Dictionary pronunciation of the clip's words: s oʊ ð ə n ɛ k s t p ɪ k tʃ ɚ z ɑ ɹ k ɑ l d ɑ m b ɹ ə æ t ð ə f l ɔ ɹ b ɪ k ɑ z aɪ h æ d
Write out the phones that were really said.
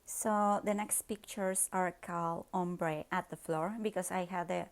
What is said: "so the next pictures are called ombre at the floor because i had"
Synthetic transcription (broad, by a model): s oʊ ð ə n ɛ k s t p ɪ k tʃ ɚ s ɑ ɹ k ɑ l ɑ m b ɹ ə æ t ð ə f l ɔ ɹ b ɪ k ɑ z aɪ h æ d